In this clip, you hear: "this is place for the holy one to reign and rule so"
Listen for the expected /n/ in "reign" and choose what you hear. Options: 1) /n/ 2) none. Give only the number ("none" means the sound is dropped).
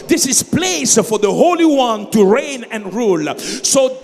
1